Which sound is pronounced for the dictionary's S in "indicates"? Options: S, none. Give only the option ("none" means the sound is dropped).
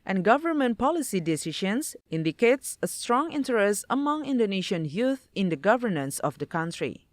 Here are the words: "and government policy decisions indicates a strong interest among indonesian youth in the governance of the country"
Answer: S